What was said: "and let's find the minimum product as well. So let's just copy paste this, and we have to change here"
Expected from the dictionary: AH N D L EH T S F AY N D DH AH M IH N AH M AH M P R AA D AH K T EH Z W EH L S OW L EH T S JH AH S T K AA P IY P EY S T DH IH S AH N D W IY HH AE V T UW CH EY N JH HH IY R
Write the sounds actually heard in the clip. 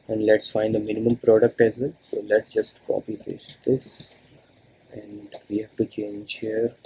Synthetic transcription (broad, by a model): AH N D L EH T S F AY N D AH M IH N AH M AH M P R AA D AH K T EH Z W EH L S OW L EH T S JH AH S T K AA P IY B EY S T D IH S AH N D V IY HH AE V T UW CH EY N JH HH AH R